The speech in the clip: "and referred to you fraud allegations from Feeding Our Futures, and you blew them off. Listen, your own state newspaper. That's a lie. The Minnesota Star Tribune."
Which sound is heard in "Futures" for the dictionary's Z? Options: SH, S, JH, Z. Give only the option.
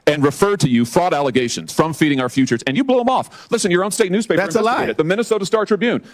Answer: Z